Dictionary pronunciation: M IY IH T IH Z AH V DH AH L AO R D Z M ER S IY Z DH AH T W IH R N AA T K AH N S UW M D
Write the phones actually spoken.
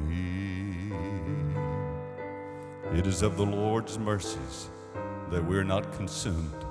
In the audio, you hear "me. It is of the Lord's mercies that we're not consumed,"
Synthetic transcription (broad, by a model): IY IH T IH Z AH V DH AH L AO R D Z M ER S IY Z DH AH T W IH R N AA T K N S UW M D